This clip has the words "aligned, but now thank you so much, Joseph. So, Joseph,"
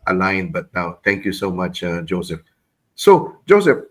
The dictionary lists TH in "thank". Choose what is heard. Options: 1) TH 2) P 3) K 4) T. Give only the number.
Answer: 4